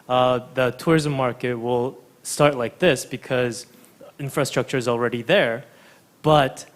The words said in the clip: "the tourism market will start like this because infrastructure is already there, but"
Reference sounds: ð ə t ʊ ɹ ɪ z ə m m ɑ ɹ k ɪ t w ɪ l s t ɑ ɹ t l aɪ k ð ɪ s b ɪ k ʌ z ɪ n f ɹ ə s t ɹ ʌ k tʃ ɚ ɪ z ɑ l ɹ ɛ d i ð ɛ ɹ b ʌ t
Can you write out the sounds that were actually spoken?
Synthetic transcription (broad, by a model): ð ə t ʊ ɹ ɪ z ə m m ɑ ɹ k ɪ t w ɪ l s t ɑ ɹ t l aɪ k ð ɪ s b ɪ k ʌ z ɪ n f ɹ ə s t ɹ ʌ k tʃ ɚ ɪ z l ɹ ɛ d i ð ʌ ɹ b ʌ t